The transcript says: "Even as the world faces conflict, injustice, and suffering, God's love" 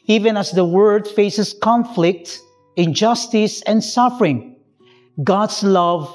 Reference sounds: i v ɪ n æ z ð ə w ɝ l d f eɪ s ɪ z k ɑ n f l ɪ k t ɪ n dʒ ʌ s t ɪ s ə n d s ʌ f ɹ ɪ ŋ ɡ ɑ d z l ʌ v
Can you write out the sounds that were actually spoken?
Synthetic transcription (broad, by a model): i v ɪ n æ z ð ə w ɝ d f eɪ s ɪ s k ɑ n f l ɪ k t ɪ n dʒ ʌ s t ɪ s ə n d s ʌ f ɹ ɪ ŋ ɡ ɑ d s l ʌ v